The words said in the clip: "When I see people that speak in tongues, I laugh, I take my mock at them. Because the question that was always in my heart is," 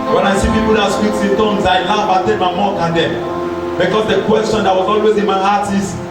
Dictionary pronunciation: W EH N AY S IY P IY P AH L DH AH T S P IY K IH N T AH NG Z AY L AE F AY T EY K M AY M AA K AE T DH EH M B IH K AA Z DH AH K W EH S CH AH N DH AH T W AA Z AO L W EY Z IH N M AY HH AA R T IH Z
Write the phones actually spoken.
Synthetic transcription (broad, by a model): W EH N AY S IY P IY P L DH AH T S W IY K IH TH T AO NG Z AY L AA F AY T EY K M AY M AA K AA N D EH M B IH K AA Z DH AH K W EH S CH AH N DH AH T W AA Z AO L W EY Z IH N M AY HH AA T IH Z